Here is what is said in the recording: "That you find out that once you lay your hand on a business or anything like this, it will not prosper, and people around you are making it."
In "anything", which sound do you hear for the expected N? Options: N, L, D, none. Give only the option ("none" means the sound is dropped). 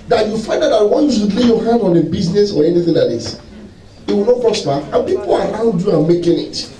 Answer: N